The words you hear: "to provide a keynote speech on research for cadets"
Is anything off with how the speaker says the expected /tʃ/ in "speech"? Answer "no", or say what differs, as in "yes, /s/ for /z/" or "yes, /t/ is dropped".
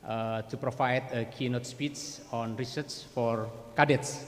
yes, /s/ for /tʃ/